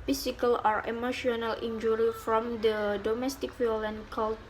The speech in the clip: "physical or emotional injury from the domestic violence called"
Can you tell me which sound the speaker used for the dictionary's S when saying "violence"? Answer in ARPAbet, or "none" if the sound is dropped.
none